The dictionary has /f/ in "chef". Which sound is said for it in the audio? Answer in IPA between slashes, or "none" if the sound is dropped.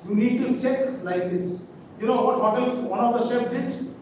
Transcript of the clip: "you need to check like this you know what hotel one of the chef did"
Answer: /p/